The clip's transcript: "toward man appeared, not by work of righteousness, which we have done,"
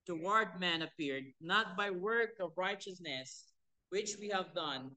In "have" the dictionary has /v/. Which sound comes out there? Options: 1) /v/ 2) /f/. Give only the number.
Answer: 1